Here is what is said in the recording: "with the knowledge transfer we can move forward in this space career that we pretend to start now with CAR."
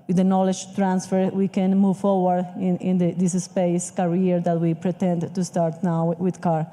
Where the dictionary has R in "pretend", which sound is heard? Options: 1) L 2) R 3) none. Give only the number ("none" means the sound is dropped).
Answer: 2